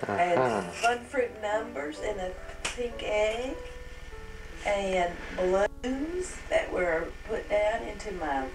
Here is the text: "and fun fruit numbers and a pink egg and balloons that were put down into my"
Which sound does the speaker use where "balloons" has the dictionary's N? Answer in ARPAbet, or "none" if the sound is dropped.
none